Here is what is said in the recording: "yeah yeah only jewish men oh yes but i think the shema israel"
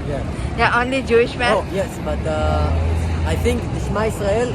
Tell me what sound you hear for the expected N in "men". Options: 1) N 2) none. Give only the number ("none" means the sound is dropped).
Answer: 2